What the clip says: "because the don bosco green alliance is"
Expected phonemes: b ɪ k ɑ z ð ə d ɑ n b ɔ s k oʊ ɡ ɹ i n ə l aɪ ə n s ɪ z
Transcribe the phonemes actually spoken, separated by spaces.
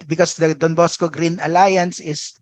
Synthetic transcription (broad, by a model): b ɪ k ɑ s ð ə d ɑ n b ɔ s k oʊ ɡ ɹ i n ə l aɪ ə n s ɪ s